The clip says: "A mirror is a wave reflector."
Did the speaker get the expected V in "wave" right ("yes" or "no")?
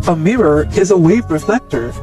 yes